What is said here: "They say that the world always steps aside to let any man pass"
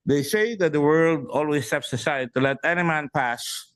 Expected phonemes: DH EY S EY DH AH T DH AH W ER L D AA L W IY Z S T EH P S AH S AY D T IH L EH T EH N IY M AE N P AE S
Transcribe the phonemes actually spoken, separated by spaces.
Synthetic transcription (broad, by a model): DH EY S EY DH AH T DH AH W ER L D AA L W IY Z S T EH P S AH S AY D T IH L EH T EH N IY M AE N P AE S